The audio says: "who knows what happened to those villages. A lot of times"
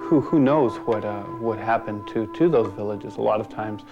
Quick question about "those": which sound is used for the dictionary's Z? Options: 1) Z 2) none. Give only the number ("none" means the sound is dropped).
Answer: 1